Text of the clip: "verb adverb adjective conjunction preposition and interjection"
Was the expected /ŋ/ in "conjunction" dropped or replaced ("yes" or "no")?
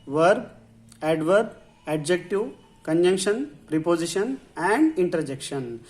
no